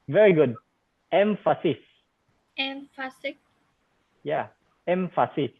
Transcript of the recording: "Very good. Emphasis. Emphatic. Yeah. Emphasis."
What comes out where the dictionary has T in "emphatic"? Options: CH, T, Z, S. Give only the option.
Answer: S